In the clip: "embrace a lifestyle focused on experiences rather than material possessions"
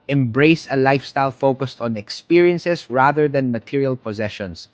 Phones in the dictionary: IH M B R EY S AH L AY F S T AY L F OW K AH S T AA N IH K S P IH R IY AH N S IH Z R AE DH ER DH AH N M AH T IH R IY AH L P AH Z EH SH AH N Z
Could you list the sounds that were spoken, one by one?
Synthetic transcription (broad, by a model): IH M B R EY S AH L AY F S T AY L F OW K AH S T AA N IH K S P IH R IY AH N S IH S R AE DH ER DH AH N M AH T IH R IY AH L P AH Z EH SH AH N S